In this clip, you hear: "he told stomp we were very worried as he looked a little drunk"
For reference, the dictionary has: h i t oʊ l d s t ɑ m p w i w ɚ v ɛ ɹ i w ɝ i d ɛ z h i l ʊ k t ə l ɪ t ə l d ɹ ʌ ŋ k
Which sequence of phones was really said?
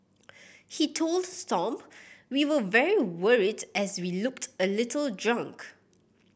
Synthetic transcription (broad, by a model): h i t oʊ l d s t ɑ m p w i w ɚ v ɛ ɹ i w ɝ i d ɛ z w i l ʊ k t ə l ɪ t ə l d ɹ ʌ ŋ k